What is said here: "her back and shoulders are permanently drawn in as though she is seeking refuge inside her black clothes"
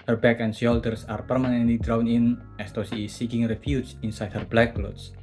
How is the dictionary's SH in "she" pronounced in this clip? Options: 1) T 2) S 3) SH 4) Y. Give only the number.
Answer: 2